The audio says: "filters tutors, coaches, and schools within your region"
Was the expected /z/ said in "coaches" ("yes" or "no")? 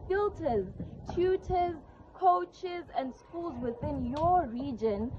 yes